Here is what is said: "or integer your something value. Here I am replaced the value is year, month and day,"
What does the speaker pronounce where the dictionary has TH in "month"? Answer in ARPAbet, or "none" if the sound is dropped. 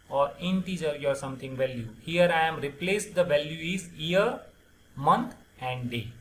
T